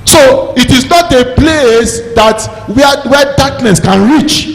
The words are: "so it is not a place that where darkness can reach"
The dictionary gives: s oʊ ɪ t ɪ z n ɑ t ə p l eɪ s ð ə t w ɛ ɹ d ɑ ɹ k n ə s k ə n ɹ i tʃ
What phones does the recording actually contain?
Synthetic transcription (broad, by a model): s oʊ ɪ t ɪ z n ɑ t ə p l eɪ s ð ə t w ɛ w d ɑ k n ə s k ə n ɹ i tʃ